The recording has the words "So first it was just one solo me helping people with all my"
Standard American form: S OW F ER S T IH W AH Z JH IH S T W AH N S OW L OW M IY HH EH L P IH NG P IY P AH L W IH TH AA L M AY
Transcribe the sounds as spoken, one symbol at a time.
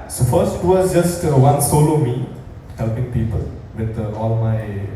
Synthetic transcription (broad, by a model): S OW F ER S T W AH S JH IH S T W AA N S OW L OW M IY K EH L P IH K P IY P AH L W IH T AA L M AY